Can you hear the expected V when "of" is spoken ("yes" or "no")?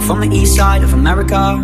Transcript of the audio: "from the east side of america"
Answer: yes